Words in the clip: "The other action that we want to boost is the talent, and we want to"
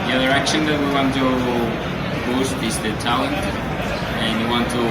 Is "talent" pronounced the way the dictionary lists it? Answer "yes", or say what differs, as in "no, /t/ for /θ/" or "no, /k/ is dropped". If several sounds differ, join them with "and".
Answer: yes